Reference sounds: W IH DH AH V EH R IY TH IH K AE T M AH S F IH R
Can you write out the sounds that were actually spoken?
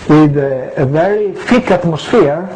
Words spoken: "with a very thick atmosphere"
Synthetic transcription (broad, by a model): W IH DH AH V EH R IY F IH K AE T M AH S F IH R